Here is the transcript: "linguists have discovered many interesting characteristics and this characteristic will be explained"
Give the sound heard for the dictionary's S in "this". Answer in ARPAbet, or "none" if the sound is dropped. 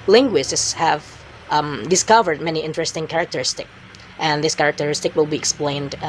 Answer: S